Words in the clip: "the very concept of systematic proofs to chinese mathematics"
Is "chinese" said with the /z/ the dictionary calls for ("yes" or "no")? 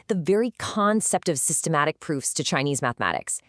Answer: yes